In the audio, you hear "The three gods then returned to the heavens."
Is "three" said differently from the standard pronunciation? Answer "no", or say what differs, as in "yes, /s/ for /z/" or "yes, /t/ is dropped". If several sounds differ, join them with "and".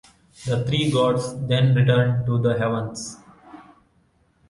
yes, /t/ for /θ/